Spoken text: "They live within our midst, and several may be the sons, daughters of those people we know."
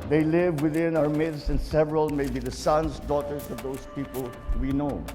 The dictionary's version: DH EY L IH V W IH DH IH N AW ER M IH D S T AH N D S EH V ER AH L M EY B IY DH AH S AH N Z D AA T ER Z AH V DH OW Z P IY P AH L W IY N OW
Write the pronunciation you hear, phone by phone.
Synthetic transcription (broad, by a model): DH EY L IH V W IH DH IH N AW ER M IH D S AH N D S EH V ER AH L M EY B IY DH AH S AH N S D AA T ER S AH V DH OW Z P IY P AH L W IY N OW